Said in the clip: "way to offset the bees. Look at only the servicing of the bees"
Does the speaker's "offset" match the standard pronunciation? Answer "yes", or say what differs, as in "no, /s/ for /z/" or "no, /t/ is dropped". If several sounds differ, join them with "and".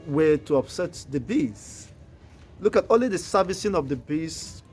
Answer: no, /p/ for /f/